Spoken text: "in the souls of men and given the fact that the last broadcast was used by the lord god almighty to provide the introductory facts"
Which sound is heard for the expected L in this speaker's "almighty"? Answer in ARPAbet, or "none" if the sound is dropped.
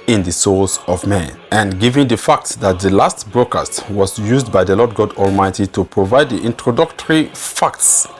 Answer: L